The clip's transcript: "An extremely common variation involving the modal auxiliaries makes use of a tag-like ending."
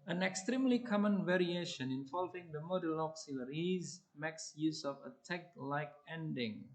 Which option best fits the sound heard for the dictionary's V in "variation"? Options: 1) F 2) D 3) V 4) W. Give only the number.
3